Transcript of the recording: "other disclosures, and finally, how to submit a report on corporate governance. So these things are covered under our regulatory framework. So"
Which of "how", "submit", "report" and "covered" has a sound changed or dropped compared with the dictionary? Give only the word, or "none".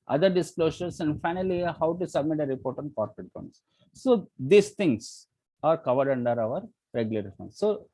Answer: none